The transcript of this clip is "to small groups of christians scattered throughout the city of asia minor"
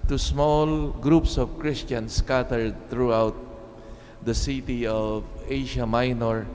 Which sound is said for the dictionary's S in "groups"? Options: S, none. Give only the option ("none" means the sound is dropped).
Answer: S